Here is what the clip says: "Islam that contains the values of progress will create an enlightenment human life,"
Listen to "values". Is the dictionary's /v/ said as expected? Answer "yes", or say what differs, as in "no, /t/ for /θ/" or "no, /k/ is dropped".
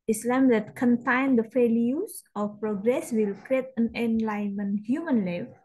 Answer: no, /f/ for /v/